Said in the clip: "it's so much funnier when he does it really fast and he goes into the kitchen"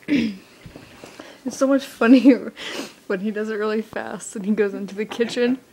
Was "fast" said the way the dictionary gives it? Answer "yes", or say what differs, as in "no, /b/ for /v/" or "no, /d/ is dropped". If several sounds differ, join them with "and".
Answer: yes